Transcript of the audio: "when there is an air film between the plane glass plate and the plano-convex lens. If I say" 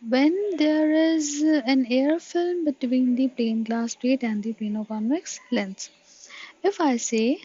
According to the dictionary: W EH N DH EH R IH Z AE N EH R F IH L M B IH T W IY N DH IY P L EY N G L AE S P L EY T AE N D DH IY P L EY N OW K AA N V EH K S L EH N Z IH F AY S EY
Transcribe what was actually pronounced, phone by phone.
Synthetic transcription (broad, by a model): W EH N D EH R IH Z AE N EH R F IH L M B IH T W IY N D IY P L EY N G L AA S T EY T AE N D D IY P EY N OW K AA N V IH K S L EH N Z IH F AY S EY